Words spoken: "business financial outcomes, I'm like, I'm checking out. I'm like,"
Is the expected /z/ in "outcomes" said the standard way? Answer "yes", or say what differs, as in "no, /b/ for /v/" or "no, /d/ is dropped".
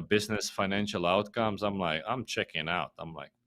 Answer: yes